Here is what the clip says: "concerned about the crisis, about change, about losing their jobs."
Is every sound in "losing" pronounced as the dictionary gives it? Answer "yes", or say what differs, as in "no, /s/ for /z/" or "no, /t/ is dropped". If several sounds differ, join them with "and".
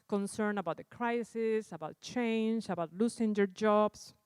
no, /s/ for /z/